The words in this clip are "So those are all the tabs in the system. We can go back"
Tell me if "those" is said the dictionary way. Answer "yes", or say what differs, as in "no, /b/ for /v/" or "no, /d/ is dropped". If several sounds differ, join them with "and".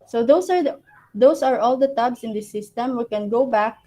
no, /s/ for /z/